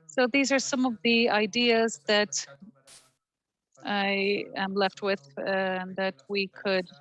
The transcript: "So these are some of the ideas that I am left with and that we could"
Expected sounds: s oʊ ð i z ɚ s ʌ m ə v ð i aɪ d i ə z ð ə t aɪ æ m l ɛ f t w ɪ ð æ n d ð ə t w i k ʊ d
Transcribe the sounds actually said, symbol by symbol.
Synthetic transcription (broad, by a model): s oʊ ð i z ɚ s ʌ m ə v ð i aɪ d i ə z ð ə t aɪ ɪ m l ɛ f t w ɪ ð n ð ə t w i k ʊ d